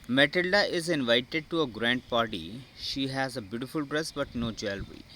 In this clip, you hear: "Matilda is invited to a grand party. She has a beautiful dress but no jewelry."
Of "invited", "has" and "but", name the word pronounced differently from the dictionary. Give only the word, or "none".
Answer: none